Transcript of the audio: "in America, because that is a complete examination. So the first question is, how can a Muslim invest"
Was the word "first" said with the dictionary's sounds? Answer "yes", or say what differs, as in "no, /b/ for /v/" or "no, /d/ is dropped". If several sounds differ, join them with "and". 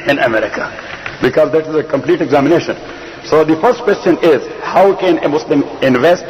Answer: yes